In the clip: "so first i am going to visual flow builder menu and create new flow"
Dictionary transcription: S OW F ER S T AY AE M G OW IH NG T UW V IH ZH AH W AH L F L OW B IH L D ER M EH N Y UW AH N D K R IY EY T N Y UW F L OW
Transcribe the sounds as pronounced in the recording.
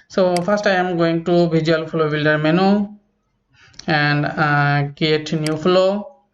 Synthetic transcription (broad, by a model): S OW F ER S T AY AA M G OW IH NG T UW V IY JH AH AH L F L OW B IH L D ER M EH N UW AH N D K IY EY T N Y UW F L OW